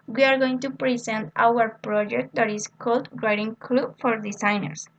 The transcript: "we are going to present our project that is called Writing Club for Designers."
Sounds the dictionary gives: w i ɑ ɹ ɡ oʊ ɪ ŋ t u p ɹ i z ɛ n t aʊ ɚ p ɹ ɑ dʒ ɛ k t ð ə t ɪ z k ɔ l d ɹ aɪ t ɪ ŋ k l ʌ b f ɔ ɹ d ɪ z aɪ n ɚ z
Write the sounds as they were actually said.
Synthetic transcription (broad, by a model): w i ɑ ɹ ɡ oʊ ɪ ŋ t u p ɹ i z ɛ n t aʊ ɚ p ɹ ɑ dʒ ɛ k t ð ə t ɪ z k ɔ l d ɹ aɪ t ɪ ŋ k l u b f ɔ ɹ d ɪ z aɪ n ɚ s